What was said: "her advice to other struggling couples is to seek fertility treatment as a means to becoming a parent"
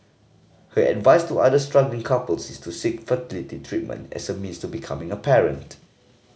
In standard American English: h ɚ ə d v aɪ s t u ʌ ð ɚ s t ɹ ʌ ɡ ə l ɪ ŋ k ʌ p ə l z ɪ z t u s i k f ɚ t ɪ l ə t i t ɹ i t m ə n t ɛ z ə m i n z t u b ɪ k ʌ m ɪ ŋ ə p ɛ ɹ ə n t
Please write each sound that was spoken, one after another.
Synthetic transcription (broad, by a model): h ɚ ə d v aɪ s t u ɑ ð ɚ s t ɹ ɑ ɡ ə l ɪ ŋ k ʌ p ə l s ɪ s t u s i k f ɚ t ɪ l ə t i t ɹ i t m ə n t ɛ s ə m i n s t u b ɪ k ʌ m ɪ ŋ ə p ɛ ɹ ə n t